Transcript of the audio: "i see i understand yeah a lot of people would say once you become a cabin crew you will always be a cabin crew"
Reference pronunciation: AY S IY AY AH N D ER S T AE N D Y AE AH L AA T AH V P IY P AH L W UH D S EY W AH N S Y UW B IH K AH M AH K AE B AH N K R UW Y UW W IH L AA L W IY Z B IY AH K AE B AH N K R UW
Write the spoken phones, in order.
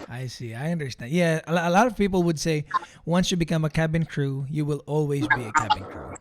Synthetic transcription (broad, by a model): AY S IY AY AH N D ER S T AE N D Y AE AH L AA T AH V P IY P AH L W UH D S EY W AH N S Y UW B IH K AH M AH K AE B AH N K R UW Y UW W IH L AA L W IY Z B IY AH K AE B AH N K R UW